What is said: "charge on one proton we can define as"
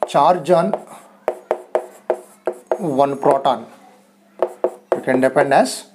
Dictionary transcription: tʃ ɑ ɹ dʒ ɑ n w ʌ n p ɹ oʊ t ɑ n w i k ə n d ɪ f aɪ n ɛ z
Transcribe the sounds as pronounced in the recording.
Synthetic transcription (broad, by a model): tʃ ɑ ɹ dʒ ɑ n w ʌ n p ɹ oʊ t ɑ n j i k ə n d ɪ p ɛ n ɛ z